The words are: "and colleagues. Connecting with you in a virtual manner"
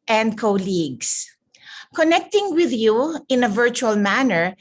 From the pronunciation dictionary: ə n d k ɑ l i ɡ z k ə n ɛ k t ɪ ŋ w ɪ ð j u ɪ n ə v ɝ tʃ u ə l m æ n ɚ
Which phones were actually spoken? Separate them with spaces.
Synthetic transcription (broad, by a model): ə n d k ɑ l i ɡ s k ə n ɛ k t ɪ ŋ w ɪ ð j u ɪ n ə v ɝ tʃ u ə l m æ n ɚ